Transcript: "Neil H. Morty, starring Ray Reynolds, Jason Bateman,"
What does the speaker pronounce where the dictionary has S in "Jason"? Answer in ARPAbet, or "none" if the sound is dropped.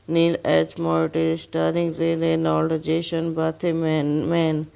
SH